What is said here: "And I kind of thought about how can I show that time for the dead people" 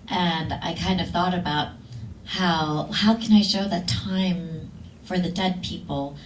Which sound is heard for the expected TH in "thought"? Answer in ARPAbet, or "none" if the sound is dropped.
TH